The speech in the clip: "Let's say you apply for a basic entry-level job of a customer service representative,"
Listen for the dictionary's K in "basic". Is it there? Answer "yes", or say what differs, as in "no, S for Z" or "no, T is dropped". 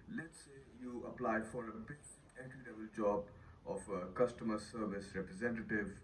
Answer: no, K is dropped